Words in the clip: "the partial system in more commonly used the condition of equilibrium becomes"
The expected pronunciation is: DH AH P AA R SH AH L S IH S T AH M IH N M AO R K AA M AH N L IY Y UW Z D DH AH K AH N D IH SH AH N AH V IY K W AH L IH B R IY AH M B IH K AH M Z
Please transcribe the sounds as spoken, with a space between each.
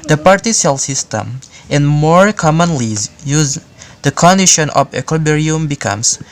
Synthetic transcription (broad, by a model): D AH P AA R S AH L S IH S T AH M IH N M AO R K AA M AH N L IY Y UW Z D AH K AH N D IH SH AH N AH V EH K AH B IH R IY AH M B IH K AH M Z